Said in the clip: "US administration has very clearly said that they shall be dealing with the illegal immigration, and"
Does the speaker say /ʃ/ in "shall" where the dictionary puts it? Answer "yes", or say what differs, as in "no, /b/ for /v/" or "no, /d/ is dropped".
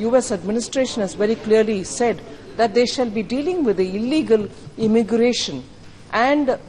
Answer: yes